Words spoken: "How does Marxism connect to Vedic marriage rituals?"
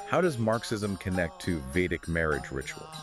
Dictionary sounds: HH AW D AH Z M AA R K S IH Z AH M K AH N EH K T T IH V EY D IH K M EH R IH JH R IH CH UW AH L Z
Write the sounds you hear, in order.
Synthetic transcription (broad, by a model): HH AW D AH Z M AA R K S IH Z AH M K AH N EH K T T IH V EY D IH K M EH R IH JH R IH CH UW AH L